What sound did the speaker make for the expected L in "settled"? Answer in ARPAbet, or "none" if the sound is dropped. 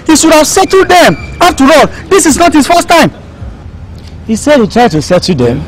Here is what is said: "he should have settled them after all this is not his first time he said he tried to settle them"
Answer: none